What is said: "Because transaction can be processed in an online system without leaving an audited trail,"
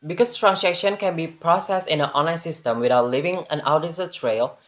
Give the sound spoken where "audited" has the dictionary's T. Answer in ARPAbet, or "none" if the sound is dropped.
S